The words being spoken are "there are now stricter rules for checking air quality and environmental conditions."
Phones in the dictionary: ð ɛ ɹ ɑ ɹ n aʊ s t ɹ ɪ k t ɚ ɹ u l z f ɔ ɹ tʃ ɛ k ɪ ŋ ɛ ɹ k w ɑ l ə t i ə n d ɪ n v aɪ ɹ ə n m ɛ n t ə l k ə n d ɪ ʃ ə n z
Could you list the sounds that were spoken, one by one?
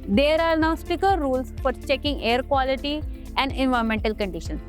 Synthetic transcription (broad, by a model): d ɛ ɹ ɑ ɹ n aʊ s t ɪ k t ɹ u l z f ɔ ɹ tʃ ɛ k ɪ ŋ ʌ ɹ k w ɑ l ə t i ə n d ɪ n v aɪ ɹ m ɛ n t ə l k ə n d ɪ ʃ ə n